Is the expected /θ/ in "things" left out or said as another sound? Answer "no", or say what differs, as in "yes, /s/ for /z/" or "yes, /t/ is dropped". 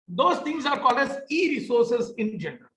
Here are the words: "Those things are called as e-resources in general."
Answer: yes, /t/ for /θ/